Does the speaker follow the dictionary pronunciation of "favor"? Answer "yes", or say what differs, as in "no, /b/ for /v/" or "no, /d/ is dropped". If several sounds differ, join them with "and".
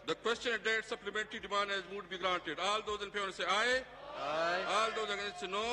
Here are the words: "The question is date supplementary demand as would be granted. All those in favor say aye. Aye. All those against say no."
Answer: no, /p/ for /f/